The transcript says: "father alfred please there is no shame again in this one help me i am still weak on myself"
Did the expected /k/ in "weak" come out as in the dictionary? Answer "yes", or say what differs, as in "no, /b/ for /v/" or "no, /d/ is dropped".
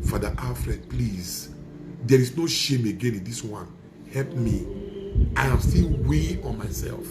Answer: no, /k/ is dropped